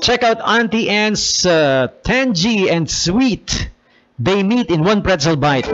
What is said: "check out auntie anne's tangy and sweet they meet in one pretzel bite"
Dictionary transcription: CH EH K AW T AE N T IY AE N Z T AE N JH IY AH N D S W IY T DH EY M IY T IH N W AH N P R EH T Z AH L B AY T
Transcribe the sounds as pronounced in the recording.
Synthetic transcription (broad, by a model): CH EH K AW T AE N T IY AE N S T AE N JH IY AH N D S W IY T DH EY M IY T IH N W AH N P R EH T S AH L B AY T